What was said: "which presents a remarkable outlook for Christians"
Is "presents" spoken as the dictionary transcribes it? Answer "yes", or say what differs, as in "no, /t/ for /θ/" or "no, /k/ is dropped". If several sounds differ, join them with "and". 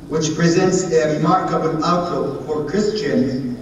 yes